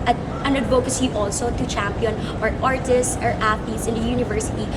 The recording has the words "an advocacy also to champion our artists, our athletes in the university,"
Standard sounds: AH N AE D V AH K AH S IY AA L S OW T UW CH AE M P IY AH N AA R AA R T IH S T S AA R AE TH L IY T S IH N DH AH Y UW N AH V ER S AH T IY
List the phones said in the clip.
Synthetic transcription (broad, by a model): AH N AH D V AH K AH S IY AA L S OW T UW CH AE M P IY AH N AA R AA R T IH S T S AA R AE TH IY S IH N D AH Y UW N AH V ER S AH T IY